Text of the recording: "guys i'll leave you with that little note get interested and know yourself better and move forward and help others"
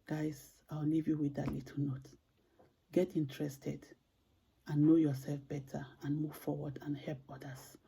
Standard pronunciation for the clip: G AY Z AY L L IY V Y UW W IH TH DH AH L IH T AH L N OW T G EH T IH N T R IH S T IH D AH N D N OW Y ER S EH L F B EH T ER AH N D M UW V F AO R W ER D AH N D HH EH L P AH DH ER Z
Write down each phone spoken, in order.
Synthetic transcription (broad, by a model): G AY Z AY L L IY V Y UW W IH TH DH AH L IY T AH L N OW T G EH T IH N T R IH S T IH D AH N N OW Y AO S EH L F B EH T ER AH N M UW V F AO W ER D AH N HH EH L P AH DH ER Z